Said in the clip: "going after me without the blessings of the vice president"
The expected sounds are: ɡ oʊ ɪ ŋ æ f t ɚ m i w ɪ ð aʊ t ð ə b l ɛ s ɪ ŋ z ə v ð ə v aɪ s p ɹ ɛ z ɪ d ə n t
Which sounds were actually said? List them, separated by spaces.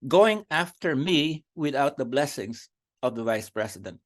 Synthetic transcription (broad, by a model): ɡ oʊ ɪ ŋ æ f t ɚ m i w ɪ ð aʊ t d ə b l ɛ s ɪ ŋ s ə v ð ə v aɪ s p ɹ ɛ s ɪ d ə n t